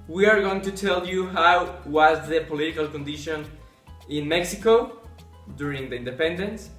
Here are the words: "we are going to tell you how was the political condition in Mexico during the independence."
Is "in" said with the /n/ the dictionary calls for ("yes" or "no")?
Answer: yes